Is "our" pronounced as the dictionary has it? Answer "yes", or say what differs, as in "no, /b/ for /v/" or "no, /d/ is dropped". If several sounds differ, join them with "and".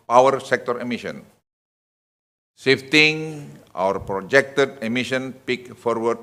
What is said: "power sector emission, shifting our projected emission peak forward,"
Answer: yes